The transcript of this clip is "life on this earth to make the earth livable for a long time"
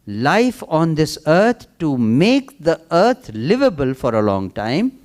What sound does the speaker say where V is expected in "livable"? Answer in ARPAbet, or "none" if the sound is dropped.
V